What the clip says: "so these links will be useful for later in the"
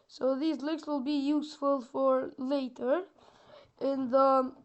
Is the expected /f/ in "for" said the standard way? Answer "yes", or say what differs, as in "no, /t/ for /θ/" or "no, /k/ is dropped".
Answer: yes